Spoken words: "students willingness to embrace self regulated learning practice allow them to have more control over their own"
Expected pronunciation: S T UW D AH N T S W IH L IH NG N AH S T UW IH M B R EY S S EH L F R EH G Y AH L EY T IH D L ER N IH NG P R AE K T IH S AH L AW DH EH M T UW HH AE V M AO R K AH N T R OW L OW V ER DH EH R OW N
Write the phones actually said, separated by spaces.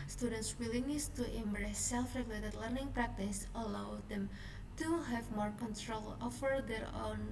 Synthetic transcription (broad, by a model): S T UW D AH N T S W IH L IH NG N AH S T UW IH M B R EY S S EH L F R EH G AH L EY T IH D L ER N IH NG P R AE K T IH S AH L AW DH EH M T UW HH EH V M AO R K AH N T R OW L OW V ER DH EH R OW N